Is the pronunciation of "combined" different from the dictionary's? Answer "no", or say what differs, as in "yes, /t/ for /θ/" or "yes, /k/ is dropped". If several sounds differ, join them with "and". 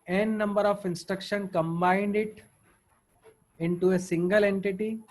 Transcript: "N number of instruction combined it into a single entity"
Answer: no